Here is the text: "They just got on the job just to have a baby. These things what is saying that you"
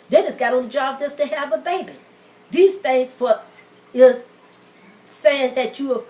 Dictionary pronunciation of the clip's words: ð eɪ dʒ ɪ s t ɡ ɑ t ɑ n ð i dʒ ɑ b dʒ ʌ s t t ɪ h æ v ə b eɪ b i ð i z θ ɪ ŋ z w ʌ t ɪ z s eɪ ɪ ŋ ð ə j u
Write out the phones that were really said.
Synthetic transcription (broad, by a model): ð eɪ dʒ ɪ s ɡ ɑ t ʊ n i dʒ ɑ b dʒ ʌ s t t ɪ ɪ v ə b eɪ b i ð i z θ ɪ ŋ z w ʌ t ɪ z s eɪ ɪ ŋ ð ə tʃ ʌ